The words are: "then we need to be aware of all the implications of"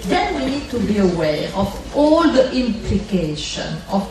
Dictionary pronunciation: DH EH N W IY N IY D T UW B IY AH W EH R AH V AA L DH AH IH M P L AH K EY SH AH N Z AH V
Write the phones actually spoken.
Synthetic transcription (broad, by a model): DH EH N W IY N IY D T UW B IY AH W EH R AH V AA L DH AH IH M P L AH K EY SH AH N AH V